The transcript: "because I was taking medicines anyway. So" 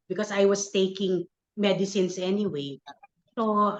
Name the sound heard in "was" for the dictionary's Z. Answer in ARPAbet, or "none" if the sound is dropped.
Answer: S